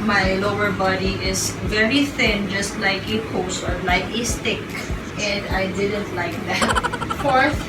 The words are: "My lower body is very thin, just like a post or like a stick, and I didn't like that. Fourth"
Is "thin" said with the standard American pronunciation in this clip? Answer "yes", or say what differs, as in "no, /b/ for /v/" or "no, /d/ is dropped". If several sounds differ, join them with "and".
yes